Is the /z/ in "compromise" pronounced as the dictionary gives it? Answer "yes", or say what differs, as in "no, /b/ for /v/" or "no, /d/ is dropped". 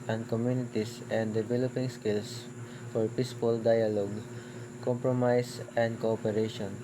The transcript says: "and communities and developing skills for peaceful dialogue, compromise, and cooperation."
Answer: no, /s/ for /z/